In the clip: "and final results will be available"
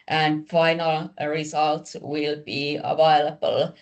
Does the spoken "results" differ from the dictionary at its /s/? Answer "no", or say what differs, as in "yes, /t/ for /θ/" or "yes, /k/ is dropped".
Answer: yes, /s/ is dropped